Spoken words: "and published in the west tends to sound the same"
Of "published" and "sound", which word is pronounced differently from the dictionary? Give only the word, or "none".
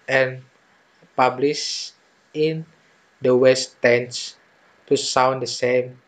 published